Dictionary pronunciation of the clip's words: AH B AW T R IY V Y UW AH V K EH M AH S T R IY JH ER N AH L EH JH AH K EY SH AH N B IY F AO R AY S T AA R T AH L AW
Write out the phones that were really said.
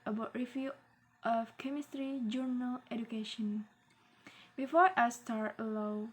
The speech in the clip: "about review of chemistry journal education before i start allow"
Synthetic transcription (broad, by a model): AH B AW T R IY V Y UW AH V K EH M AH S T R IY JH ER N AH L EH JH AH K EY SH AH N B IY F AO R AY S T AA R T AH L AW